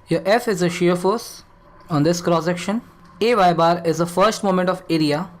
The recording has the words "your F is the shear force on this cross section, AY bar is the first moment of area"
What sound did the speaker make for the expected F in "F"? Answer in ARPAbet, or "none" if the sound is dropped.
F